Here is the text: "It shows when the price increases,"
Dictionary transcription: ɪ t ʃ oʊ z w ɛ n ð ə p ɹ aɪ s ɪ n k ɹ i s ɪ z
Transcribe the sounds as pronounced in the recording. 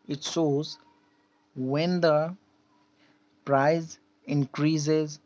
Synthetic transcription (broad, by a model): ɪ t s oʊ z w ɛ n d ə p ɹ aɪ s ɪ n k ɹ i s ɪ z